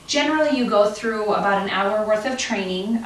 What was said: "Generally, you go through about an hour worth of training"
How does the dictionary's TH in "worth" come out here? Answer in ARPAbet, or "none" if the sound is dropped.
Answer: TH